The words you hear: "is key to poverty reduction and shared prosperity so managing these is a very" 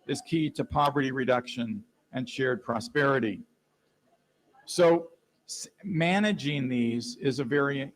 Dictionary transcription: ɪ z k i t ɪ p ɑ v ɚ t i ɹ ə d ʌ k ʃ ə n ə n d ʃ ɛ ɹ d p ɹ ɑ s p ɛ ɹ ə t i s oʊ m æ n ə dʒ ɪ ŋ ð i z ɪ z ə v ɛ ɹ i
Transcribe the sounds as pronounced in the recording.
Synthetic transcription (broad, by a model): ɪ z k i t ɪ p ɑ v ɚ t i ɹ ə d ʌ k ʃ ə n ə n ʃ ɛ ɹ d p ɹ ɑ s p ɛ ɹ ə t i s oʊ m æ n ə dʒ ɪ ŋ ð i z ɪ z ə v ɛ ɹ i